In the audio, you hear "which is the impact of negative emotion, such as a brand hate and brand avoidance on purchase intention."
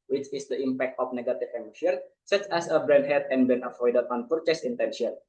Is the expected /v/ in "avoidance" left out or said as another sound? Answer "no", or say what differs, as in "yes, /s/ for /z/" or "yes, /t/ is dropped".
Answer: yes, /f/ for /v/